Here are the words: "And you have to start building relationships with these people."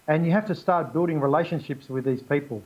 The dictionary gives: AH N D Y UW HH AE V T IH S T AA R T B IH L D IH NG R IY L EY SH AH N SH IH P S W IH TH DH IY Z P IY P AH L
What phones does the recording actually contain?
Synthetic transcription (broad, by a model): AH N Y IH HH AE F T IH S T AA R T B IH L D IH NG R IY L EY SH AH N SH IH P S W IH DH IY Z P IY P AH L